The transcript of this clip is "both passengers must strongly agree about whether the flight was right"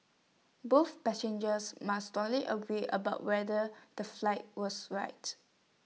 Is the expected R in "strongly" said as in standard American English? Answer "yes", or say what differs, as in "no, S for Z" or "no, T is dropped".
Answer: no, R is dropped